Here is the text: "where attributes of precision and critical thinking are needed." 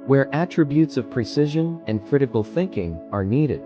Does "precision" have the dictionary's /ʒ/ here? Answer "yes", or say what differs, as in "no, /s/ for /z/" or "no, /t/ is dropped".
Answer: yes